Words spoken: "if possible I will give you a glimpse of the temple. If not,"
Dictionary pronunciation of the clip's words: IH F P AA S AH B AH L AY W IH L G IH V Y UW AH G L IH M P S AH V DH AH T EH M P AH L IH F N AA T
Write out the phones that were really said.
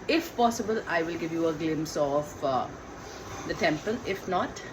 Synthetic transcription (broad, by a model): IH F P AA S AH B AH L AY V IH L G IH V Y UW AH G L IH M S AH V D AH T EH M P AH L IH F N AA T